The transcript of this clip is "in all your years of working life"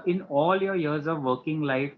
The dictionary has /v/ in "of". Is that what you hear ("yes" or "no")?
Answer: yes